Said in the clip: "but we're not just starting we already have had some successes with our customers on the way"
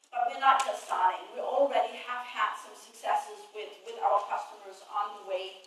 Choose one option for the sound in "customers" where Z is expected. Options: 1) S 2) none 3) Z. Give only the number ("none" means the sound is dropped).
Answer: 3